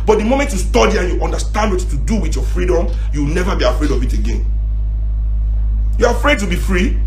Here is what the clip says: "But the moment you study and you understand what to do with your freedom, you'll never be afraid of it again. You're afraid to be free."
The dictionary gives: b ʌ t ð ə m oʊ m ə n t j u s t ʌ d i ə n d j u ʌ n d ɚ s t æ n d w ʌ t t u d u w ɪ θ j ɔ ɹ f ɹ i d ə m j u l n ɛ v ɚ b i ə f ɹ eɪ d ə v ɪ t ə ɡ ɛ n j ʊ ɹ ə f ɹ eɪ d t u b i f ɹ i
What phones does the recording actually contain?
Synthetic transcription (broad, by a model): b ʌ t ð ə m oʊ m ə n t j u s t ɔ d i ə n j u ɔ n d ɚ s t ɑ n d w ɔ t t u d u w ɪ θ j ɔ f ɹ i d ə m j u w n ɛ v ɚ b i ə f ɹ eɪ d ə v ɪ t ə ɡ ɛ n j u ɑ ə f ɹ eɪ d t u b i f ɹ i